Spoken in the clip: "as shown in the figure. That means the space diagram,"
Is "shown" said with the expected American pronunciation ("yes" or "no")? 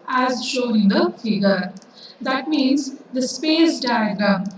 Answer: no